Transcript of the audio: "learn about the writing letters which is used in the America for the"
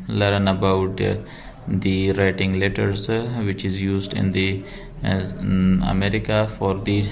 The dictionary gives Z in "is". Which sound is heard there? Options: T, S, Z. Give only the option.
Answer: Z